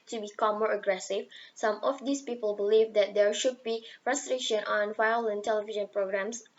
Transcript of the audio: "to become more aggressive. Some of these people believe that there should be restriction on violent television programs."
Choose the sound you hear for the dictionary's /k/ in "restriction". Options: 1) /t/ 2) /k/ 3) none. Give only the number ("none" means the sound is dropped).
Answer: 3